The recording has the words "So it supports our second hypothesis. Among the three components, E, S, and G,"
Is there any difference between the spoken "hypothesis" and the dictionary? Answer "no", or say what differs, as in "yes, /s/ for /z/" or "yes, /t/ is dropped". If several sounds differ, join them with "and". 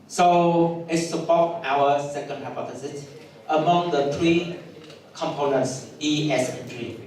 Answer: yes, /f/ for /θ/